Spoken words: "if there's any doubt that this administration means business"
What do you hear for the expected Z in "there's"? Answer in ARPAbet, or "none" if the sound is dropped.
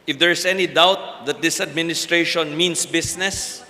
S